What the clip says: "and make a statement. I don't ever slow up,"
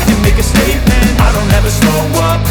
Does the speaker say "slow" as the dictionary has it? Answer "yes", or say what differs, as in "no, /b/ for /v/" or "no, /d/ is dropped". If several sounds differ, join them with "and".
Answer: no, /n/ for /l/